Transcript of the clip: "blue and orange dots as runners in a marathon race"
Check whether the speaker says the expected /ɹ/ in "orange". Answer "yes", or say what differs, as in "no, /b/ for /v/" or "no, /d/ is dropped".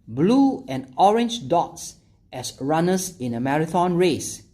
yes